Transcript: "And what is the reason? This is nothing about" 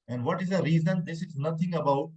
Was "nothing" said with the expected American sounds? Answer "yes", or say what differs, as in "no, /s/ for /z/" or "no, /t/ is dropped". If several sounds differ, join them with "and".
no, /t/ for /θ/